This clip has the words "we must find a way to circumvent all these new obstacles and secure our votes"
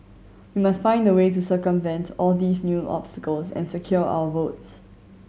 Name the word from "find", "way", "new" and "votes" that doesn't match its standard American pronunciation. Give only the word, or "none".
none